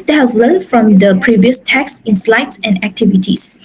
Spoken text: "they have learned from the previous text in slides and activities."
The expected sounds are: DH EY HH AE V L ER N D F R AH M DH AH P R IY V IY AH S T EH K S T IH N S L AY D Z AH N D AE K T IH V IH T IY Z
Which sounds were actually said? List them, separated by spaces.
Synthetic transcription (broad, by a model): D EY HH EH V L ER N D F R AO M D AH P R IY V IY AH S T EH K S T IH N S L AY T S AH N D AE K T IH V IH T IY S